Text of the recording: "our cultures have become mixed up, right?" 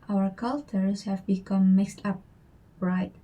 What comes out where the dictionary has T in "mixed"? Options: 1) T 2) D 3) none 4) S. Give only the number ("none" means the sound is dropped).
1